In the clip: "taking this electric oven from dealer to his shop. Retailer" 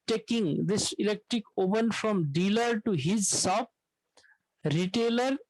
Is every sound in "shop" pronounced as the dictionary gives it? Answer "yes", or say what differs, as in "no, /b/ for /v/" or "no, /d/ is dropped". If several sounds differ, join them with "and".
no, /s/ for /ʃ/